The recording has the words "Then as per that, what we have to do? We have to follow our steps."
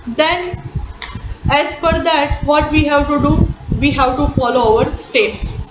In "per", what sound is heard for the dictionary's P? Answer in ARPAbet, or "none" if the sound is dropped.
F